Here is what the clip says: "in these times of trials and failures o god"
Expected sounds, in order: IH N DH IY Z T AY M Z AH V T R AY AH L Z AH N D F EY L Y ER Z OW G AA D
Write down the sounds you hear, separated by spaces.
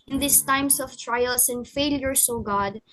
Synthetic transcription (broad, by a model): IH N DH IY S T AY M S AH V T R AY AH L S AH N D F EY L Y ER S OW G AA D